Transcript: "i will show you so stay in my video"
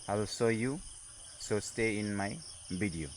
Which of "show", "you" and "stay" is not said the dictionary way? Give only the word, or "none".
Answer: show